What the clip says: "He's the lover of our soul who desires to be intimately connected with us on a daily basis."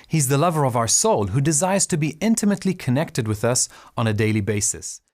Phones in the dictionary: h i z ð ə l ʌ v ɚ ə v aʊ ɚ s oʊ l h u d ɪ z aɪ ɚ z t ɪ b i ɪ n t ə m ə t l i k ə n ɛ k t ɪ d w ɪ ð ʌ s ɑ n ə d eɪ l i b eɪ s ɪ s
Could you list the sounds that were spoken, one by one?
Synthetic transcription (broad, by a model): h i z ð ə l ʌ v ɚ ə v aʊ ɚ s oʊ l h u d ɪ z aɪ ɚ z t ɪ b i ɪ n t ə m ə t l i k ə n ɛ k t ɪ d w ɪ ð ʌ s n ə d eɪ l i b eɪ s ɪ s